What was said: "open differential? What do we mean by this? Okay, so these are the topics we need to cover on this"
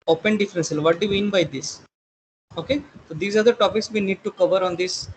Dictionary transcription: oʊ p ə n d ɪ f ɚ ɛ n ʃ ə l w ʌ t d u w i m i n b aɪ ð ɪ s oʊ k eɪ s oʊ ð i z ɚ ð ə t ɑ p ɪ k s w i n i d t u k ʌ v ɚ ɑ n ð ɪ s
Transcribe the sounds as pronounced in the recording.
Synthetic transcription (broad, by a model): oʊ p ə n d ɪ f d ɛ n s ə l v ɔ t d u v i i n b aɪ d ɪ s oʊ k eɪ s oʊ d i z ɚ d ə t ɑ p ɪ k s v i n i d t u k ʌ v ɚ ɑ n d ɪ s